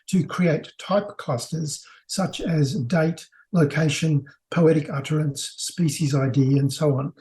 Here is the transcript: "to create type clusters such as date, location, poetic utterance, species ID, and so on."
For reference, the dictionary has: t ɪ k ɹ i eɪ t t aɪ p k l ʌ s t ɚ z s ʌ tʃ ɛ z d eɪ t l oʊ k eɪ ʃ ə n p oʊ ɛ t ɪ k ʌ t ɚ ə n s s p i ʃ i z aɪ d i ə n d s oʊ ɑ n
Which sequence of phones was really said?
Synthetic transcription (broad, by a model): t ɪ k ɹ i eɪ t t aɪ p k l ʌ s t ɚ z s ʌ tʃ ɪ z d eɪ t l oʊ k eɪ ʃ ə n p oʊ ɛ t ɪ k ʌ t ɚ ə n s s p i ʃ i z aɪ d i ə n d s oʊ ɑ n